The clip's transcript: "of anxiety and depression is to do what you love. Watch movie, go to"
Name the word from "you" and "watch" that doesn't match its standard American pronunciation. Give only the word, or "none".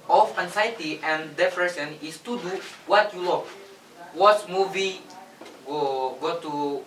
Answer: watch